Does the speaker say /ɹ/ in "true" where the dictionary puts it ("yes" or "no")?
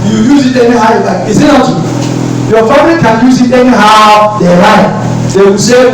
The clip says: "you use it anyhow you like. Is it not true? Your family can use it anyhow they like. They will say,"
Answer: no